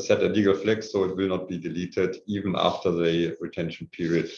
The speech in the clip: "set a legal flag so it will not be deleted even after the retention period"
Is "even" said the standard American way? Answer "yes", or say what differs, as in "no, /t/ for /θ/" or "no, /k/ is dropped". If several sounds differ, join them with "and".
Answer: yes